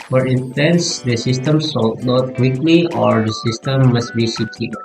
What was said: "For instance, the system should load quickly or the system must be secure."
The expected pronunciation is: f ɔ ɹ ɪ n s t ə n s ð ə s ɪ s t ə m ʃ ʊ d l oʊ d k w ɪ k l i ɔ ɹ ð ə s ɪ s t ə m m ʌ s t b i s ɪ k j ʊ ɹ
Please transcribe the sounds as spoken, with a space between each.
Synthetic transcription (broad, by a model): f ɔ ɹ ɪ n t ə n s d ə s ɪ s t ə m s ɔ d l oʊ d k w ɪ k l i ɔ ɹ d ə s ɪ s t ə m m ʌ s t b i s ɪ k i